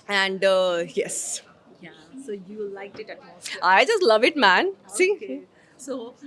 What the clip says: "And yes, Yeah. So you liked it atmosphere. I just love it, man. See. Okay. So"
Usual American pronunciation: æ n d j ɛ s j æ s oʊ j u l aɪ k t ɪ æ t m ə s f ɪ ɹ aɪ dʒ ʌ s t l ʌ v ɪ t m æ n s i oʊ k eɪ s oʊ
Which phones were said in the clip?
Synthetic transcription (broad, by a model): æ n d j ɛ s j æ s oʊ j u l aɪ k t ɪ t ə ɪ dʒ ʌ s t l ʌ v ɪ t m æ n s i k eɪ s oʊ